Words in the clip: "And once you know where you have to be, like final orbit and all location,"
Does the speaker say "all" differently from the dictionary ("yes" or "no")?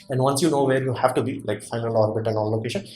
yes